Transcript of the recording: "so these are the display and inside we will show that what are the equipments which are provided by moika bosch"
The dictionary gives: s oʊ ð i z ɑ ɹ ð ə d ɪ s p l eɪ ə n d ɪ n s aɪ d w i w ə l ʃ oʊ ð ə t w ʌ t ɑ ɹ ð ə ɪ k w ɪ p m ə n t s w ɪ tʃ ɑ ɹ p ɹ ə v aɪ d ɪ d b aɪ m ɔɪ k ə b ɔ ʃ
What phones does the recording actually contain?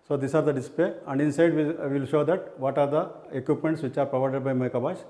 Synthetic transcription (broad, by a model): s oʊ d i s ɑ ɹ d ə d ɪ s p eɪ ə n d ɪ n s aɪ d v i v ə l ʃ oʊ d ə t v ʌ t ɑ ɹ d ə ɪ k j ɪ p m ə n t s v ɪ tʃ ɑ ɹ p ɹ ə v aɪ d ɪ d b aɪ m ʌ k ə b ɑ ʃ